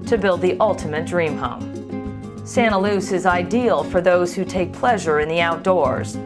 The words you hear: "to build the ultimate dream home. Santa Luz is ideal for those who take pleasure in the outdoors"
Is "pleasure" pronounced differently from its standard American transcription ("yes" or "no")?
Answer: no